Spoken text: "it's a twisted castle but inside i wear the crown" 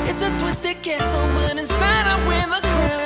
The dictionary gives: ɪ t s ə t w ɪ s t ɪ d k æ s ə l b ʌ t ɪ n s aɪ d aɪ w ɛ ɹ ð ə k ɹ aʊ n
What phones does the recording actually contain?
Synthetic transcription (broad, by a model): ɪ t s ə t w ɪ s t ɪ k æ s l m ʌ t ɪ n s aɪ d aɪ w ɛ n ð ə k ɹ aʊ